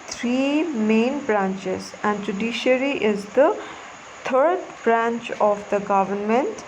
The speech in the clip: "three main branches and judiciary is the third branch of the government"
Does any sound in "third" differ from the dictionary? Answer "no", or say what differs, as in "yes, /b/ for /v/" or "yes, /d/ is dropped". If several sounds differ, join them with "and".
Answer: yes, /t/ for /θ/